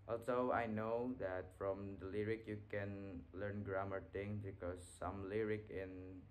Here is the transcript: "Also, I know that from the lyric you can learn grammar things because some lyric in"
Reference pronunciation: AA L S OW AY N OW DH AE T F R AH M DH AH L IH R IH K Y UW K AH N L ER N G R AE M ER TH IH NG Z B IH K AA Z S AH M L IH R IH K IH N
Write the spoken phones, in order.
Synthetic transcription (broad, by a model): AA L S OW AY N OW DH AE T F R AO M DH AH L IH R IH K Y UW K AH N L ER N G R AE M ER T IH NG B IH K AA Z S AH M L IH R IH K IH N